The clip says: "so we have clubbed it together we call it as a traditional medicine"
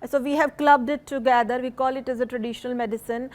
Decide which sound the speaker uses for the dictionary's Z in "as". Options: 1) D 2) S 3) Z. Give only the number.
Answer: 3